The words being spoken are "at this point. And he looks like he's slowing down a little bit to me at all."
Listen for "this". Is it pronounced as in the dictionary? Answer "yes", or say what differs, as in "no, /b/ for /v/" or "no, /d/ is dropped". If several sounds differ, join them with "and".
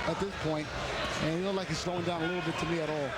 yes